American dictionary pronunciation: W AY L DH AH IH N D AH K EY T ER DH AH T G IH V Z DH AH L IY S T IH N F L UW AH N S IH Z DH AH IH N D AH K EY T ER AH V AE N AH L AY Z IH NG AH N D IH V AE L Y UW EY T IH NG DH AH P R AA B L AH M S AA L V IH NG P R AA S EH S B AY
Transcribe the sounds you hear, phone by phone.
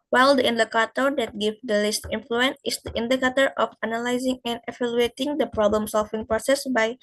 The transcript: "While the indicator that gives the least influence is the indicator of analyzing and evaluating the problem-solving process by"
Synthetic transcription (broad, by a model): W AY L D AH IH N D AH K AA T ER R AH T G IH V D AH L IY S T IH N F L UW AH N S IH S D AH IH N D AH K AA T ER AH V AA N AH L AY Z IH NG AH N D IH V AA L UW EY T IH NG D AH P R AA B L AH M S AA L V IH NG P R AA S EH S B AY